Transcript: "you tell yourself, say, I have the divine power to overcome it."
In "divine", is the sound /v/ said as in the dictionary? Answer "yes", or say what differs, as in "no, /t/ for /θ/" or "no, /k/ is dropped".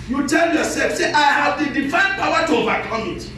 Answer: no, /f/ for /v/